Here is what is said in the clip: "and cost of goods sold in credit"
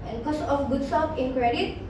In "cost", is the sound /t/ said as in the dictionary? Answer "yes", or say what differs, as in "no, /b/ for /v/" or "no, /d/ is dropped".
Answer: no, /t/ is dropped